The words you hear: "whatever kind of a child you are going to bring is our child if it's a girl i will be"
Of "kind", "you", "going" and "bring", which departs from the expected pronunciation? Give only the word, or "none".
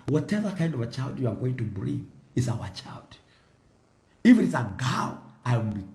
bring